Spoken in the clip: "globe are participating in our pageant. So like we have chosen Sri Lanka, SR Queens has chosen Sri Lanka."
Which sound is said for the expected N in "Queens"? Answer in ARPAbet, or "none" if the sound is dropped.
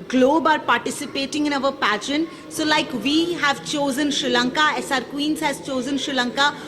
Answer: N